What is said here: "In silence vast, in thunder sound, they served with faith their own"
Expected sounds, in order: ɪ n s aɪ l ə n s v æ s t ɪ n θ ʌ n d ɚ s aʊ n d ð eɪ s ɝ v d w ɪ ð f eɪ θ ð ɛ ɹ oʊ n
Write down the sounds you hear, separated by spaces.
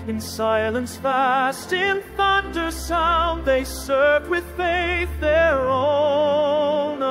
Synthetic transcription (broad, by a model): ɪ n s aɪ l ə n s f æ s t ɪ n θ ʌ n d ɚ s aʊ n ð eɪ s ɝ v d w ɪ ð f eɪ θ ð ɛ ɹ oʊ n